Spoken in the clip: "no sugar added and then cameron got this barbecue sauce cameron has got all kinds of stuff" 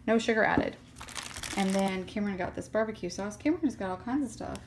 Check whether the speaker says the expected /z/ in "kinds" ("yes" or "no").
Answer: yes